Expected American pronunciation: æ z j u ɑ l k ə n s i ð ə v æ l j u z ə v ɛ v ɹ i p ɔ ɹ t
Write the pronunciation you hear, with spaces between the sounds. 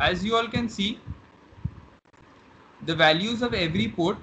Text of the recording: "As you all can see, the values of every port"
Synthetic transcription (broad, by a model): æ z j u ɑ l k ə n s i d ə v æ l j u z ə v ɛ v ɹ i p ɔ ɹ t